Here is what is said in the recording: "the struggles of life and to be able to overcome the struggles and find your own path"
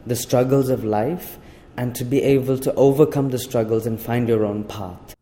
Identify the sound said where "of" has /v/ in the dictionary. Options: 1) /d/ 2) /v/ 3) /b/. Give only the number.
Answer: 2